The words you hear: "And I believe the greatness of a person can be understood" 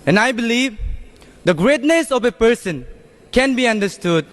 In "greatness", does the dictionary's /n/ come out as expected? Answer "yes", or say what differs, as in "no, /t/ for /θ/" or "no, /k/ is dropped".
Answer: yes